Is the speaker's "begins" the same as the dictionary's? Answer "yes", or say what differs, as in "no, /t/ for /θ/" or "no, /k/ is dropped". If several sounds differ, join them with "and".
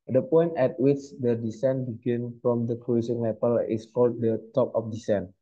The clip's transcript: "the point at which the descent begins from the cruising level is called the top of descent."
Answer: no, /z/ is dropped